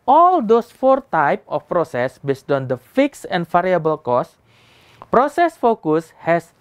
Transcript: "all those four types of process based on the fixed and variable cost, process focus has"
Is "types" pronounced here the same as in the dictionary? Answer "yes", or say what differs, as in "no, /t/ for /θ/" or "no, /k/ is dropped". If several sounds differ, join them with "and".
no, /s/ is dropped